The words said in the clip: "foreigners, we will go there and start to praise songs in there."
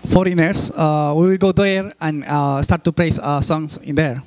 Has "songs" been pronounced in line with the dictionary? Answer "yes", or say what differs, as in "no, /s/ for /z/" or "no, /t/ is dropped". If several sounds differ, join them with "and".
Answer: no, /s/ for /z/